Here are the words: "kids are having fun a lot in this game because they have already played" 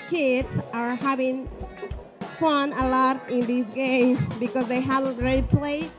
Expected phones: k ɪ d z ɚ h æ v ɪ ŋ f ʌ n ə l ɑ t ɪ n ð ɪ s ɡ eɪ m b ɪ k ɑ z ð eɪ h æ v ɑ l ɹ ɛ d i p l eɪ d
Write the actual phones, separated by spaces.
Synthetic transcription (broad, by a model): k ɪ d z ɚ h æ v ɪ ŋ f ʌ n ə l ɑ t ɪ n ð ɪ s ɡ eɪ m b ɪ k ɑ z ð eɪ h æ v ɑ n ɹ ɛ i p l eɪ